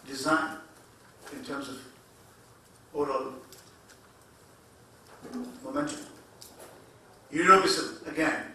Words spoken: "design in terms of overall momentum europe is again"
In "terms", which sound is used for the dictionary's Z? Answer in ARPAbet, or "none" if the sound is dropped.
Z